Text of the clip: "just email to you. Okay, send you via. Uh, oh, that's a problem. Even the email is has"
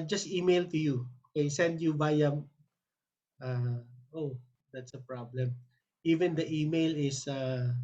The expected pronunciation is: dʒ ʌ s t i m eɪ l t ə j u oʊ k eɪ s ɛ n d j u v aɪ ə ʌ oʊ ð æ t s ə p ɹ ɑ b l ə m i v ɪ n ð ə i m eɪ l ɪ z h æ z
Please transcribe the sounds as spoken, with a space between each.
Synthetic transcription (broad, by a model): dʒ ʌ s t i m eɪ l t ə j u oʊ k eɪ s ɛ n d j u b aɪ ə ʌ oʊ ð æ t s ə p ɹ ɑ b l ə m i v ɪ n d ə i m eɪ l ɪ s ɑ